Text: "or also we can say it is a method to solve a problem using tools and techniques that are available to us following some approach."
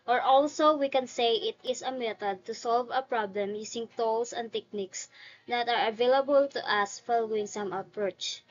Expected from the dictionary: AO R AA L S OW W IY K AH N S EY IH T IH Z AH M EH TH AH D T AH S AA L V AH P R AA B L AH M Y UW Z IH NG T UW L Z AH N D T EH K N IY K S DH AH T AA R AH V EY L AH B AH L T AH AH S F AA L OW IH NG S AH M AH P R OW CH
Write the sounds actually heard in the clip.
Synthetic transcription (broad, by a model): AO R AA L S OW W IY K AH N S EY IH T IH S AH M EH T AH D T AH S AA L V AH P R AA B L AH M Y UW S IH NG T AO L S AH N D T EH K N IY K S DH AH T AA R AH V EY L AH B AH L T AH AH S F AA L OW IH NG S AH M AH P R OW CH